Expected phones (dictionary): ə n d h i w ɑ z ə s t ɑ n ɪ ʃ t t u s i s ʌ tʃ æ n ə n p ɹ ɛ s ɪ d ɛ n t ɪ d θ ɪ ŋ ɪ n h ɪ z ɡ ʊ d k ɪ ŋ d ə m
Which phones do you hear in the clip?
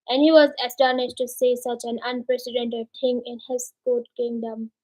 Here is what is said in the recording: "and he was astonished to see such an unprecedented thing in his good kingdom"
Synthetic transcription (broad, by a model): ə n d h i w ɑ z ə s t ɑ n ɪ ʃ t t u s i s ʌ tʃ æ n ə n p ɹ ɛ s ɪ d ɛ n t ɪ d t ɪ ŋ ɪ n h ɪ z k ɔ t k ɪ ŋ d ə m